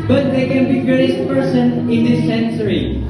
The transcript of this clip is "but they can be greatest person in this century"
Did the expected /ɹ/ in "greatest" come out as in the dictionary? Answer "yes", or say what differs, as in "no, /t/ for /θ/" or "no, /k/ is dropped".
no, /ɹ/ is dropped